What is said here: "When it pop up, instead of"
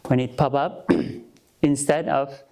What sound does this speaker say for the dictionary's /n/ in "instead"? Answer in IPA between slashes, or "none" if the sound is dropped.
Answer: /n/